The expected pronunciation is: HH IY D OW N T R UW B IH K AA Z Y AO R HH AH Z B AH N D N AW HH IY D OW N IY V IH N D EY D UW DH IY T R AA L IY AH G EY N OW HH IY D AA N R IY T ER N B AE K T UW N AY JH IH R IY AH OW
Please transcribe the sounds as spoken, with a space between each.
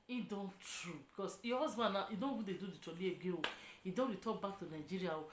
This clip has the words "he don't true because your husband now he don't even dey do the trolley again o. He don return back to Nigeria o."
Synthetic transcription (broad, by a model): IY D OW N T R UW B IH K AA S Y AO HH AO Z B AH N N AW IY D OW N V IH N D EY D UW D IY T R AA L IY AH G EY OW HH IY D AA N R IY T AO B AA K T UW N AY JH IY R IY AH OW